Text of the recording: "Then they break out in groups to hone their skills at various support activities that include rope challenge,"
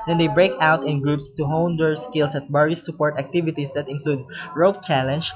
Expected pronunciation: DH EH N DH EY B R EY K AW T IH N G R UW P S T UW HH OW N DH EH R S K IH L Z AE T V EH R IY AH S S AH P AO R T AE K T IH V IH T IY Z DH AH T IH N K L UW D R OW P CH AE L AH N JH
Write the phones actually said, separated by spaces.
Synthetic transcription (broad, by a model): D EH N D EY B R EY K AW T IH N G R UW P S T UW HH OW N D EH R S K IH L S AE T B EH R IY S S AH P AO R T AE K T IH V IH T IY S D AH T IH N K L UW D R OW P CH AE L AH N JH